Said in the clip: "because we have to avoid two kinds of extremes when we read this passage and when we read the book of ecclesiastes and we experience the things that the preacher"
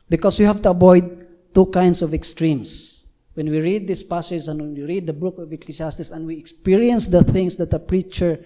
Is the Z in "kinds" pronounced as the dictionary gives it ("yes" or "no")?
no